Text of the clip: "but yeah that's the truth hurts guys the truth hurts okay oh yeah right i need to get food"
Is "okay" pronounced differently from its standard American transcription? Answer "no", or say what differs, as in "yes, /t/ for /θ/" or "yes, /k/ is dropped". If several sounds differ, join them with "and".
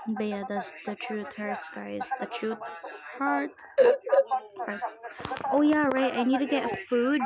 yes, /k/ is dropped